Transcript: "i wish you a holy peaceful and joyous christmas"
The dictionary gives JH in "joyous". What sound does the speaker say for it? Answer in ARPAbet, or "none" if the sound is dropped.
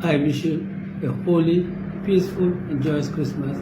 JH